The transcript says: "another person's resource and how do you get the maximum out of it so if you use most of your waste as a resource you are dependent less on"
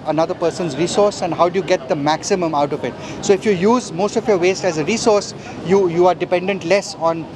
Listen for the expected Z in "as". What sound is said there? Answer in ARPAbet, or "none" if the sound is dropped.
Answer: Z